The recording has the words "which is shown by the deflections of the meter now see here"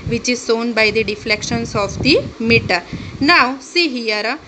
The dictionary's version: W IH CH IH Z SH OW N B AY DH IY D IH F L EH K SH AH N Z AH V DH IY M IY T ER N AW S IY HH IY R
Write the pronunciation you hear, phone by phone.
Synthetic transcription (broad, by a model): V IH CH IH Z S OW N B AY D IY D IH F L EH K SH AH N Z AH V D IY M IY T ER N AW S IY HH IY R